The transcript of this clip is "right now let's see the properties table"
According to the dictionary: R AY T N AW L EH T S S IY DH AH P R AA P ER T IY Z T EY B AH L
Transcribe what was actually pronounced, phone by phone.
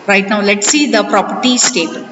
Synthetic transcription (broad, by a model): R AY T N AW L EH T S S IY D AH P R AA P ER T IY S T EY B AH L